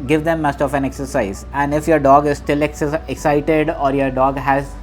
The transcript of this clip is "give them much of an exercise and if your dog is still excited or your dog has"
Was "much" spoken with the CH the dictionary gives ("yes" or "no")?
no